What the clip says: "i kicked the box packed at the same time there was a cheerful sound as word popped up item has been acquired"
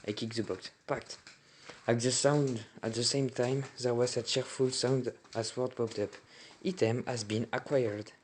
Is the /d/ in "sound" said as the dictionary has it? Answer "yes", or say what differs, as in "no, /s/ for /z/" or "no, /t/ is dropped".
yes